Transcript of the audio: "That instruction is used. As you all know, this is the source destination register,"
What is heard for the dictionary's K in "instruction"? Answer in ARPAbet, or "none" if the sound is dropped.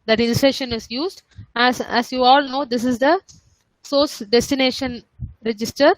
none